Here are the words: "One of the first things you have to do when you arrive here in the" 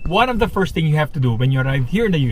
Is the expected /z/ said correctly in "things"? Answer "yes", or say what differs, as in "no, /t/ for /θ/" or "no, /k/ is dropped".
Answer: no, /z/ is dropped